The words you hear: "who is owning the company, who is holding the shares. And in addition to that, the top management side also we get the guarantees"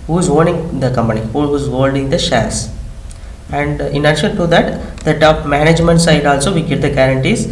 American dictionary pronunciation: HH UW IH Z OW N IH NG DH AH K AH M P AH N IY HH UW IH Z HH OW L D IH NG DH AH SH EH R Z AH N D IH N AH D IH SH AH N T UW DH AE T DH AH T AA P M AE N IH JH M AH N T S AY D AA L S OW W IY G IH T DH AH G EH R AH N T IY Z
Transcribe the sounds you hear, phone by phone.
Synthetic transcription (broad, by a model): HH UW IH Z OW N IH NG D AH K AH M P AH N IY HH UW IH Z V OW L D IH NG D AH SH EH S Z AH N D IH N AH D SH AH L T UW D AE T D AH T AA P M AE N IH JH M AH N T S AY D AA L S OW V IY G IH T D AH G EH R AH N T IY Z